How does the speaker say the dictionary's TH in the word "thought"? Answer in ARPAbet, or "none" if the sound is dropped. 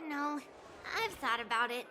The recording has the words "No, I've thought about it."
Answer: TH